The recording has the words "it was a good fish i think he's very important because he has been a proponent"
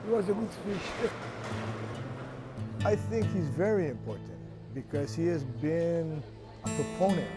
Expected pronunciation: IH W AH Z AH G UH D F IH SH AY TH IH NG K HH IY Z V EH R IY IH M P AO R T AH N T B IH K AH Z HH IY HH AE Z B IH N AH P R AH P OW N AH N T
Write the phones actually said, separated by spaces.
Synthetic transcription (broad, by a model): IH W AH Z AH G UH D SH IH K AY TH IH NG K HH IY Z V EH R IY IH M P AO R T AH N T B IH K AH Z HH IY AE Z B IH N AH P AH P OW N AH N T